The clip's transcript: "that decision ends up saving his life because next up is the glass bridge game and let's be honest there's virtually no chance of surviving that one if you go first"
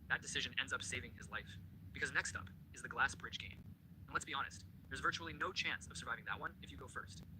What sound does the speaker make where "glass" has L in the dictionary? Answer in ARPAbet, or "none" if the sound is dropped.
L